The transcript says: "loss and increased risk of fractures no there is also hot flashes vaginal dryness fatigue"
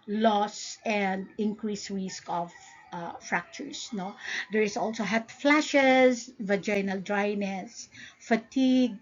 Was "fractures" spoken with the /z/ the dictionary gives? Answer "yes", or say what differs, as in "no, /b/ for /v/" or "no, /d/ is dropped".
no, /s/ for /z/